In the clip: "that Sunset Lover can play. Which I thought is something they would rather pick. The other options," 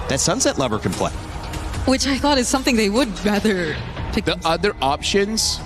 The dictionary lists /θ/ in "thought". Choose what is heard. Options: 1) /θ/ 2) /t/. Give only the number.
1